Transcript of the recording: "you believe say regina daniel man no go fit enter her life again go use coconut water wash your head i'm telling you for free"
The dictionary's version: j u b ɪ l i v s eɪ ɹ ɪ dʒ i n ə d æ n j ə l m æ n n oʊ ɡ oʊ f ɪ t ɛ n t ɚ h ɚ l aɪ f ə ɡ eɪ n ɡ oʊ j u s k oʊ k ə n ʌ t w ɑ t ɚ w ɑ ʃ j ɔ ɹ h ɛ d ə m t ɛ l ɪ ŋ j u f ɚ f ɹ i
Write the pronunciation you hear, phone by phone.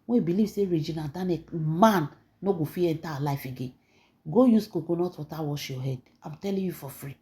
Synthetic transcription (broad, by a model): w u b ɪ l i v s eɪ ɹ ɪ dʒ i n ə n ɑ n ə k m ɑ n n oʊ ɡ oʊ f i ɛ n t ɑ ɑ l aɪ f ə ɡ eɪ n ɡ oʊ j u s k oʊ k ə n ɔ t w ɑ t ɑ w ɑ ʃ j ɔ h ɛ d ə m t ɛ l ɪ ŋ j u f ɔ f ɹ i